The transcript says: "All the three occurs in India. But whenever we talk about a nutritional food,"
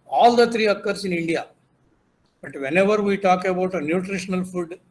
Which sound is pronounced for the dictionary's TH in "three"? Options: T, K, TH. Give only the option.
T